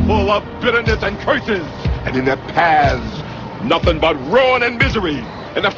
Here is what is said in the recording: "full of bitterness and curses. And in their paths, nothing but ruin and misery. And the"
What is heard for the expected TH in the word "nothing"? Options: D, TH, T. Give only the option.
TH